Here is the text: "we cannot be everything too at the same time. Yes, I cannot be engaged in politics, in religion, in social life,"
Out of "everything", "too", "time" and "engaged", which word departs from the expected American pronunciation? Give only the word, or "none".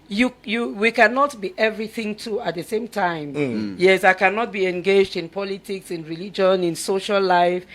none